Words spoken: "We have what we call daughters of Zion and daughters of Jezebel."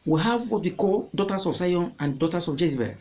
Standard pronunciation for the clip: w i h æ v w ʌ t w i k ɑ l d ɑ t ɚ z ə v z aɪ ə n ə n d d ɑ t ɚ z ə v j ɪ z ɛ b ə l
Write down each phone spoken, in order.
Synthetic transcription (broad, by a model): w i h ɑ v w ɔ t w i k ɑ l d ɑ t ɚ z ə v s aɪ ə n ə n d d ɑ t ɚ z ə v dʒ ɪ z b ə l